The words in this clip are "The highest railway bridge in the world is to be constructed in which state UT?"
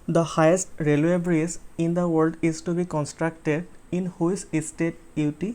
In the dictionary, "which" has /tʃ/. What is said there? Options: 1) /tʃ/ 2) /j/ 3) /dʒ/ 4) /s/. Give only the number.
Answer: 4